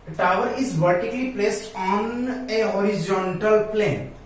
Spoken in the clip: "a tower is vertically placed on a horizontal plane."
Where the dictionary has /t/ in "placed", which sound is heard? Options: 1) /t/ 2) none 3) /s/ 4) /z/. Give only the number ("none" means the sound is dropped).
1